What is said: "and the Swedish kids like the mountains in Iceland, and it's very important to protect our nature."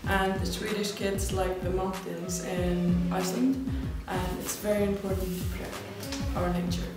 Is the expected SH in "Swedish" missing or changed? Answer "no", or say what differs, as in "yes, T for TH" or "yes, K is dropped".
no